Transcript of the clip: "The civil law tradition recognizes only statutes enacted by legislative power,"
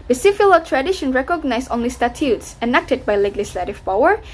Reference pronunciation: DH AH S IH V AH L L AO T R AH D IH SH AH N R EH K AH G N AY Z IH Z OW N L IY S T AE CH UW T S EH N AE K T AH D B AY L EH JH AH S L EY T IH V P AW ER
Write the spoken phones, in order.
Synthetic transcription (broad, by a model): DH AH S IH F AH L L AO T R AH D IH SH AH N R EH K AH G N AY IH S OW N L IY S T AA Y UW T S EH N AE K T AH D B AY L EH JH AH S L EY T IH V P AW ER